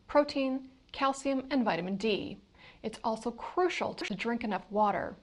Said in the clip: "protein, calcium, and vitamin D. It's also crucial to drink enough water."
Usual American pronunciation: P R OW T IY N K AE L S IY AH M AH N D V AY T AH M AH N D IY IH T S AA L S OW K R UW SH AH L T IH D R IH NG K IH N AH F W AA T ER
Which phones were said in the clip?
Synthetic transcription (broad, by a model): P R OW T IY N K AE L S IY AH M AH N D V AY T AH M AH N D IY IH T S AA L S OW K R UW SH L T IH D R IH NG K IH N AH F W AA T ER